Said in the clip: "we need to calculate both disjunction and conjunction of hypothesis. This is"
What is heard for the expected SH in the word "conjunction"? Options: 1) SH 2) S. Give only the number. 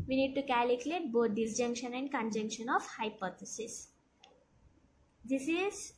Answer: 1